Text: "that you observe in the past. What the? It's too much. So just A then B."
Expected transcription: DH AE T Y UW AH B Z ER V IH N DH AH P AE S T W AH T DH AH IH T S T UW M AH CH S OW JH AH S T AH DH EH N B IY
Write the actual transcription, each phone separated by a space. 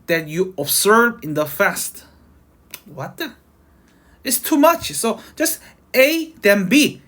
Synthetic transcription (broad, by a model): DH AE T Y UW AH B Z ER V IH N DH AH F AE S T W AH T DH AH IH T S T UW M AH CH S OW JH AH S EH AH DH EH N B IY